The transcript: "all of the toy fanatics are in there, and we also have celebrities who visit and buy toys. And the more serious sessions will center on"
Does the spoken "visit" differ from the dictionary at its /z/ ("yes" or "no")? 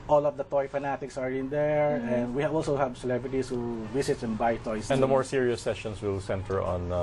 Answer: yes